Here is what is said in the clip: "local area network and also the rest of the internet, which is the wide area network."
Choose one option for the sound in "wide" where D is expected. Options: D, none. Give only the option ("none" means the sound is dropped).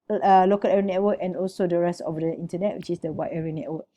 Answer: none